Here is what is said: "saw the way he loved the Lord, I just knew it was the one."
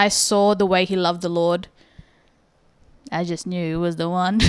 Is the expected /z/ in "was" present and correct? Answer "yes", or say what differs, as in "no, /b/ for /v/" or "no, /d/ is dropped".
yes